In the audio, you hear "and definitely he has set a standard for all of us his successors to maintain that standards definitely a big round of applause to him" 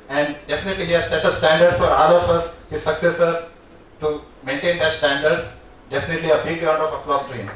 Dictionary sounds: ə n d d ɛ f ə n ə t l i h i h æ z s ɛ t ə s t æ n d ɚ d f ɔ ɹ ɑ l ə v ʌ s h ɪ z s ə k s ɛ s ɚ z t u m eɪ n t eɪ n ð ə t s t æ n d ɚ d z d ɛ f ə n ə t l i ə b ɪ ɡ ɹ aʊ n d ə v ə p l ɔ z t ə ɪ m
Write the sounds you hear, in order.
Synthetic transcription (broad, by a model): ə n d d ɛ f ə n ə t l i h i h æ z s ɛ t ə s t æ n d ɚ d f ɔ ɹ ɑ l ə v ʌ s h ɪ z s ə k s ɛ s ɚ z t u m eɪ n t eɪ n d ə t s t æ n d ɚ d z d ɛ f ə n ə t l i ə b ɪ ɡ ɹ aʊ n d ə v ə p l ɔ s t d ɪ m